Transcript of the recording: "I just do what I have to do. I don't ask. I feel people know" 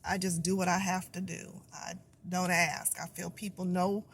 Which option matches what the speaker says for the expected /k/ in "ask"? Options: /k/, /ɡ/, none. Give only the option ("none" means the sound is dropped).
/k/